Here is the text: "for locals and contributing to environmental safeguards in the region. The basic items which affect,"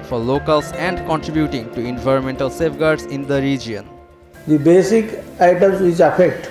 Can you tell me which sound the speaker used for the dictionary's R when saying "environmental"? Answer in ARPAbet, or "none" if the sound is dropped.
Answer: R